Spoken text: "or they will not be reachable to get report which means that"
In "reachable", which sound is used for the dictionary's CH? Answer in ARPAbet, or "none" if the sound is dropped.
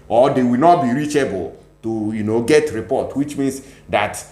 CH